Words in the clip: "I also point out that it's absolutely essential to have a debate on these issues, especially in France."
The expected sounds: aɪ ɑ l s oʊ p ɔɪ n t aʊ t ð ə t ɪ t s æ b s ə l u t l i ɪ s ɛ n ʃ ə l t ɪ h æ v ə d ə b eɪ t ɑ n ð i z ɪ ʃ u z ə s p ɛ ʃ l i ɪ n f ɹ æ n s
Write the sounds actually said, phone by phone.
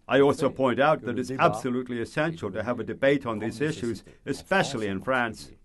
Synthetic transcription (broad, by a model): aɪ ɑ l s oʊ p ɔɪ n t aʊ t ð ə t ɪ t s æ b s ə l u t l i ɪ s ɛ n ʃ l t ɪ v ə d ə b eɪ t n ð i z ɪ ʃ u z ə s p ɛ ʃ l i ɪ n f ɹ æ n s